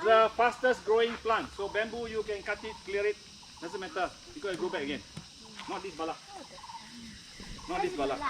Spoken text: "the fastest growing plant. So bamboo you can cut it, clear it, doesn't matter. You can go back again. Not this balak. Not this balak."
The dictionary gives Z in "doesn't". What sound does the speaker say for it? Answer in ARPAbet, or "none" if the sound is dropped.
S